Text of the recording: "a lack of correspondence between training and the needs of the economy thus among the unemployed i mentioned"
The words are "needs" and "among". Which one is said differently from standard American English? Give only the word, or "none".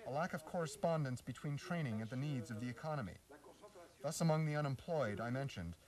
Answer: none